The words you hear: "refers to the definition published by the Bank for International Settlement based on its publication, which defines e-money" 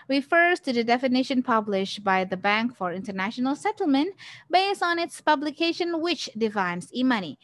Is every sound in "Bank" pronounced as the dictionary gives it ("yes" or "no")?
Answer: yes